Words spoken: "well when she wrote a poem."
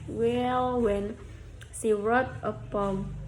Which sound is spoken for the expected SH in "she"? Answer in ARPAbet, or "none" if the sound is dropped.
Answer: S